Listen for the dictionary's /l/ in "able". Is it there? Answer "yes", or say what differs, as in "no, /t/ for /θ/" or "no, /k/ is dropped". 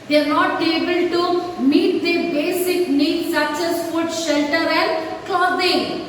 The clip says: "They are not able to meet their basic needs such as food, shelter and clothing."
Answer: yes